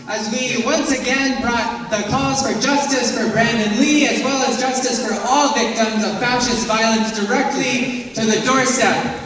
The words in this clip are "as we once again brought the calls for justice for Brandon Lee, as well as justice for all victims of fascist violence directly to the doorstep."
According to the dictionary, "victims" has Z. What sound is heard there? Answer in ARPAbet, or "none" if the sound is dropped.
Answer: Z